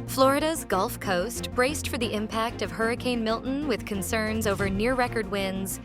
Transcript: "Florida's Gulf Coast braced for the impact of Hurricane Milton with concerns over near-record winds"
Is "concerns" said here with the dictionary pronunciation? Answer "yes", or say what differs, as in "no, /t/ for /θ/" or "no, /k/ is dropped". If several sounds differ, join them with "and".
yes